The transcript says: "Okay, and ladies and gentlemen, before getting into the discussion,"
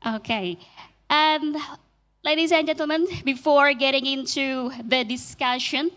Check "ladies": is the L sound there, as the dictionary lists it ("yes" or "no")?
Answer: yes